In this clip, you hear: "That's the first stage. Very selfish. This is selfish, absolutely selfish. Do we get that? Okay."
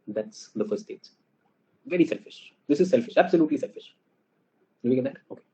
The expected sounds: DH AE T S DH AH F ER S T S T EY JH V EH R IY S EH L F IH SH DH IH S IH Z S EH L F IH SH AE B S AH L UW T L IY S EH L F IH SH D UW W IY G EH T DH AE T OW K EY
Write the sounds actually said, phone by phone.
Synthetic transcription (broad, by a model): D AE T S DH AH F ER T S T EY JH V EH R IY S EH L F IH SH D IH S IH Z S EH L F IH SH AE B S AH L UW T L IY S EH L F IH SH D UW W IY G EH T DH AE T OW K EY